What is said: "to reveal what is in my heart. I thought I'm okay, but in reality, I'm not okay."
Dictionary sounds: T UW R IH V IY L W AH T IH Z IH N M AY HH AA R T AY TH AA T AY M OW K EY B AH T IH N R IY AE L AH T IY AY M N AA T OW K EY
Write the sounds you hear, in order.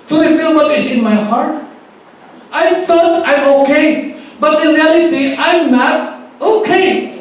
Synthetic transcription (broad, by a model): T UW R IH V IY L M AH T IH S IH N M AY HH AA R T AY F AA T AY M OW K EY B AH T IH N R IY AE L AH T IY AY M N AA T OW K EY